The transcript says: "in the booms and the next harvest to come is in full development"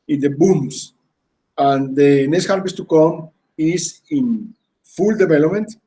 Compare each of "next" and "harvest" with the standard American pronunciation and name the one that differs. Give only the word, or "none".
harvest